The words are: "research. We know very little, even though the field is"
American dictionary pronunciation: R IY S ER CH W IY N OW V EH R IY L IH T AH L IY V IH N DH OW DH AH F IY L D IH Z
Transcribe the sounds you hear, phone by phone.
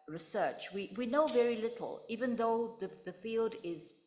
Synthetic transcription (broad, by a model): R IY S ER CH W IY N OW V EH R IY L IH T L IY V IH N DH OW DH AH F IY L D IH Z